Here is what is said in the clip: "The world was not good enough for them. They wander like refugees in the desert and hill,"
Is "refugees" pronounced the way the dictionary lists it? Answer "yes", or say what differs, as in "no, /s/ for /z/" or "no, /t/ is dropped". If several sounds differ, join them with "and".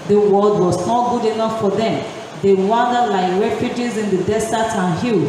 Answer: yes